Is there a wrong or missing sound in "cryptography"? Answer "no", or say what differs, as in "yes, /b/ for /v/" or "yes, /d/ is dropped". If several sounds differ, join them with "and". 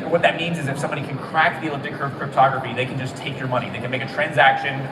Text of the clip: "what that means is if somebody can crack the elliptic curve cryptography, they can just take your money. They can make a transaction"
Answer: no